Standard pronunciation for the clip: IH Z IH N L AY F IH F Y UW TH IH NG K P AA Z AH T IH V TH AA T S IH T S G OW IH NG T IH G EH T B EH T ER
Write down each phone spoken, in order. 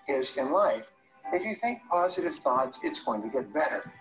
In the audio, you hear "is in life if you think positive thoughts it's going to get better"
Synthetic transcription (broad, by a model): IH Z IH N L AY F IH F Y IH TH IH NG K P AA Z AH T IH V TH AA T S IH T S G OW IH NG T IH G EH T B EH T ER